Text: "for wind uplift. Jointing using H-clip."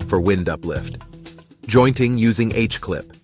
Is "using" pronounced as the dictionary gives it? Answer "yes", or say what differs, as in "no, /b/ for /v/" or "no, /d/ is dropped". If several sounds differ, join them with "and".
yes